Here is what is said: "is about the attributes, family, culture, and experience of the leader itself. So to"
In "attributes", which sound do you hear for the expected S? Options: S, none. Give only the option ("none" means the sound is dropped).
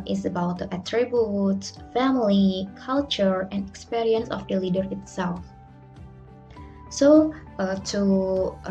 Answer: none